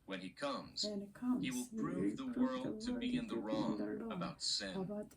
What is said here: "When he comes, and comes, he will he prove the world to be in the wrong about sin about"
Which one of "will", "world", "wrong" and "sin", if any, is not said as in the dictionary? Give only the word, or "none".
none